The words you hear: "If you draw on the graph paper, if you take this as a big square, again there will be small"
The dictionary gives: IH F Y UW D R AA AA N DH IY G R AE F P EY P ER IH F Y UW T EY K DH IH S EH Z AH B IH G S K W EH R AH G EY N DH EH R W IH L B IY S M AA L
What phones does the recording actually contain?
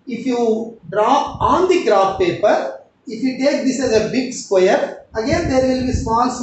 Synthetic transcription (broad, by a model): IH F Y UW D R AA AA N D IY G R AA P P EY P ER IH F Y UW T EY K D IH S EH Z AH B IH G S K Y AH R AH G EY N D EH R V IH L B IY S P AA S